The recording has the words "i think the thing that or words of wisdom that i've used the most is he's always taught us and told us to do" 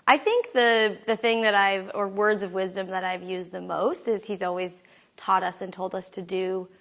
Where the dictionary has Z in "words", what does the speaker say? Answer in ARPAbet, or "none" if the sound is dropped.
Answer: Z